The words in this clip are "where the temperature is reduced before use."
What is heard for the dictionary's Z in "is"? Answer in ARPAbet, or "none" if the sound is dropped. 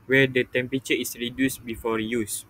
S